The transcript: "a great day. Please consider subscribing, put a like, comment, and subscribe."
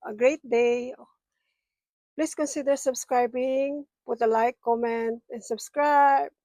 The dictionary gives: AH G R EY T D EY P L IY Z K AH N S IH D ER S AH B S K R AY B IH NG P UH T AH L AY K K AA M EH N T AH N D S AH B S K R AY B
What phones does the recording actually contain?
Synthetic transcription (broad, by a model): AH G R EY T D EY P L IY S K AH N S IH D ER S AH B S K R AY B IH NG P UH T AH L AY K K AA M EH N T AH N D S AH B S K R AY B